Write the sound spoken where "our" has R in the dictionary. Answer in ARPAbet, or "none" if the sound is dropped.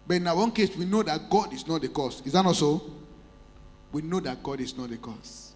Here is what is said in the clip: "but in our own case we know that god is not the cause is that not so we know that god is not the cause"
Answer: W